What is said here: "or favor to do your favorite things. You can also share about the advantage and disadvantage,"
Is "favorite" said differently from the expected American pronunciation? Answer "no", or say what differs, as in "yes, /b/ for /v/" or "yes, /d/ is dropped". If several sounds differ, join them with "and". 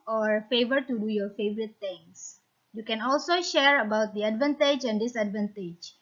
no